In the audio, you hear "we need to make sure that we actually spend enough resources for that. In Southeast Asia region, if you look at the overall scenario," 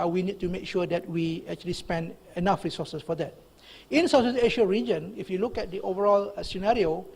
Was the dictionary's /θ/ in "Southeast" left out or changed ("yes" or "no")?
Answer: yes